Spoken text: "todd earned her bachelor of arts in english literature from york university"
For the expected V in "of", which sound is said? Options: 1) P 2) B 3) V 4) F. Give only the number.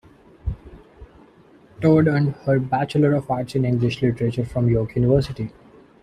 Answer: 4